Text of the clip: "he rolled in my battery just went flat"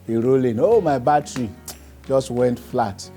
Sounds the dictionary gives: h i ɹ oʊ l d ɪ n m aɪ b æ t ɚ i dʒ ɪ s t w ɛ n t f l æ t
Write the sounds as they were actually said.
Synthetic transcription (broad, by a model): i ɹ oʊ l ɪ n m aɪ b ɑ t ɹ i dʒ ɪ s t w ɛ n t f l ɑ t